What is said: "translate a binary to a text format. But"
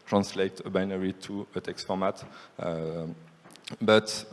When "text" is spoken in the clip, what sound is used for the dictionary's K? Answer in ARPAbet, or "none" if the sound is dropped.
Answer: K